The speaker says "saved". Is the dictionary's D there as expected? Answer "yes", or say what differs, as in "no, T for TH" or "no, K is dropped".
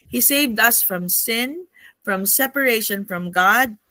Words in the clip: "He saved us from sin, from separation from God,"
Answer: yes